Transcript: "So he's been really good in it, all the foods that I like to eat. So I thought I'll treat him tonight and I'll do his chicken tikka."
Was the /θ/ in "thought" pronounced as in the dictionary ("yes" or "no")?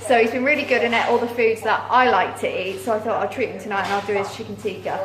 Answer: yes